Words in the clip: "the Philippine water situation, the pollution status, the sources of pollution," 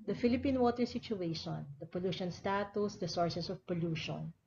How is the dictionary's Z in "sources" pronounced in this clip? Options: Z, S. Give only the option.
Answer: S